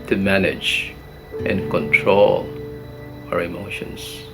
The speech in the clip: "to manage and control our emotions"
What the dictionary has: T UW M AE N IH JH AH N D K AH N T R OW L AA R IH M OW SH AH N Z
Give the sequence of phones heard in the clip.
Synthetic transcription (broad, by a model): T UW M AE N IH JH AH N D K AH N T R OW L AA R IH M OW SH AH N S